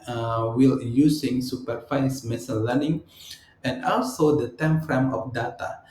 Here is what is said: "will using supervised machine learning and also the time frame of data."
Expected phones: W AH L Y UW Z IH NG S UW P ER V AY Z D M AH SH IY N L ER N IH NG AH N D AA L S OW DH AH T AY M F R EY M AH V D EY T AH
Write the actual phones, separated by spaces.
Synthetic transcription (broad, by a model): W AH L Y UW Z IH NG S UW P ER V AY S M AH S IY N L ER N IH NG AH N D AA L S OW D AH T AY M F R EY M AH F D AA T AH